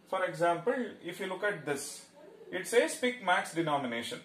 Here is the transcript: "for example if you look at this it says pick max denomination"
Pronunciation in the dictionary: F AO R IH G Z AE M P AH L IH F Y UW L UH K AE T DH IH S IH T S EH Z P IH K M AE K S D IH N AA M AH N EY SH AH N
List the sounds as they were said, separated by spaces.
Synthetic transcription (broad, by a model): F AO R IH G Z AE M P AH L IH F Y UW L UH K AE T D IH S IH T S EH S P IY K M AE K S D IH N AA M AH N EY SH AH N